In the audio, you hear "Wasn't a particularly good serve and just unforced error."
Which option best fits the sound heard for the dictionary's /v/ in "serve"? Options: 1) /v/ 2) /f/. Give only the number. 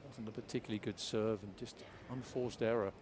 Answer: 1